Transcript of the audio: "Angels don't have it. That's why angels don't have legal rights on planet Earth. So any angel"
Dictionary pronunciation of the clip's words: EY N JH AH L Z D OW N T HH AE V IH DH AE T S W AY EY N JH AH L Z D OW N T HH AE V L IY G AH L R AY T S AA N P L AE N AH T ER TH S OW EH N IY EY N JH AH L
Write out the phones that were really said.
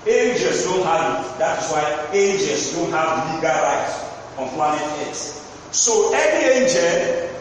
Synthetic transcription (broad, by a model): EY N JH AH L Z D OW N T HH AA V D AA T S W AY EY N JH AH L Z D OW N T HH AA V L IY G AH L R AY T AA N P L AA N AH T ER T S OW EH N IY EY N JH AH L